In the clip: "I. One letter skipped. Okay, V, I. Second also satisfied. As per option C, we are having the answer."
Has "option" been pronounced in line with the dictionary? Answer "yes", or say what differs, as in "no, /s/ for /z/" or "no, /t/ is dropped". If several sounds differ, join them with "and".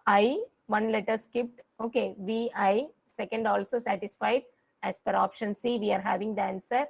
yes